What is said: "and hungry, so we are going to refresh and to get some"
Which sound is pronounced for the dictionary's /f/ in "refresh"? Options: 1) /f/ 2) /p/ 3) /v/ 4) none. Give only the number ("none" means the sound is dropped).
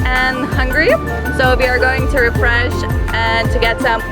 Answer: 1